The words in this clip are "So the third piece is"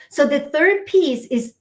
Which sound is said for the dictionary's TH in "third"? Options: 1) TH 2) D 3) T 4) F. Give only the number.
1